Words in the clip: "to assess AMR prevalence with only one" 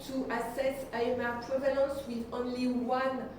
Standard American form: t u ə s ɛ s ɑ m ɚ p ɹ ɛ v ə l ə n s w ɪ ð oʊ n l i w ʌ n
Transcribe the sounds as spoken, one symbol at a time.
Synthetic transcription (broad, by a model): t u ə s ɛ s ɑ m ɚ p ɹ ɛ v ə l ə n s w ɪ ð oʊ n l i w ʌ n